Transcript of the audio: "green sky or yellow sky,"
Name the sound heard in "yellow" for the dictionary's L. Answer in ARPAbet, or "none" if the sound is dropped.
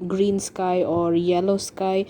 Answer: L